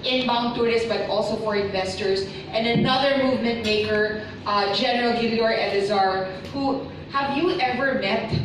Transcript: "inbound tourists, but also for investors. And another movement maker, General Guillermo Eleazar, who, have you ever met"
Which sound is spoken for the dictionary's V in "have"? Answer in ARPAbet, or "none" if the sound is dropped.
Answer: V